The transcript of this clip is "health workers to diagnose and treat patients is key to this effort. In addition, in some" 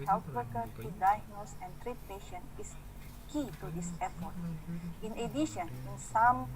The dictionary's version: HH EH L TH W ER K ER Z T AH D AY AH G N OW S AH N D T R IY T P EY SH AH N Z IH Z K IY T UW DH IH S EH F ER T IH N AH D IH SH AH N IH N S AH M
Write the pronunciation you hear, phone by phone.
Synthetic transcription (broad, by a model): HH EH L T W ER K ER T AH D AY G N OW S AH N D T R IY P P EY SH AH N IH S K IY T UW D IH S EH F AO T IH N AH D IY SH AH N IH N S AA M